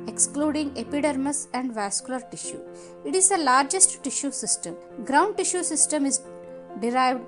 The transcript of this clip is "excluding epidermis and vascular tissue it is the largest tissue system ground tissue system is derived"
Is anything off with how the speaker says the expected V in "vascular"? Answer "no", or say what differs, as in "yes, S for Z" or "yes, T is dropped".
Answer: no